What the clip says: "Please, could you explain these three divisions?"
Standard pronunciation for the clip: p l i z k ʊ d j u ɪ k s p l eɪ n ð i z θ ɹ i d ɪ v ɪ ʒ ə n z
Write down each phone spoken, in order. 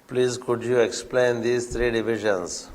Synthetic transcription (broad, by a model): p l i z k ʊ d j u ɪ k s p l eɪ n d i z t ɹ i d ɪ v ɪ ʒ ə n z